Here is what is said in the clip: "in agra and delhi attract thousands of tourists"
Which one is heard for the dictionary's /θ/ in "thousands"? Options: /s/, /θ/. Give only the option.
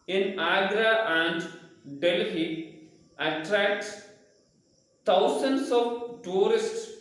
/s/